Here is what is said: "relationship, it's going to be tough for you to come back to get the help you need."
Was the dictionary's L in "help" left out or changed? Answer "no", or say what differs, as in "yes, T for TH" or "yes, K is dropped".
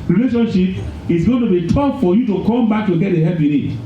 yes, L is dropped